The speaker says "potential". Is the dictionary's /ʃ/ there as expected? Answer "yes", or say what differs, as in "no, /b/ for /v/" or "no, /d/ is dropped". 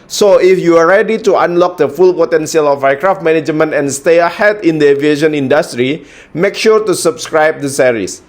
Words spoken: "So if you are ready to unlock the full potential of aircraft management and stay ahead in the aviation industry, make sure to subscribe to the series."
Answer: no, /s/ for /ʃ/